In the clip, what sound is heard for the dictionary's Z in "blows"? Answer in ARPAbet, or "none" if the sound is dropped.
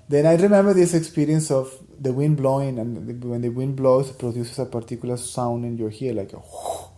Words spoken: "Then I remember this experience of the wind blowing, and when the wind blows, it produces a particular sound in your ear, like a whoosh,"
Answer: S